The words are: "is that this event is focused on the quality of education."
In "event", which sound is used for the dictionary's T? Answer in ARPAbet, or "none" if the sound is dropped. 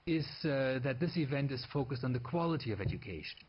T